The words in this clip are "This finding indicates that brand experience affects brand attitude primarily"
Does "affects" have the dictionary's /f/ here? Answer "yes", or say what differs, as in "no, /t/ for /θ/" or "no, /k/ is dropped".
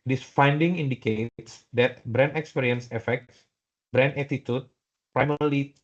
yes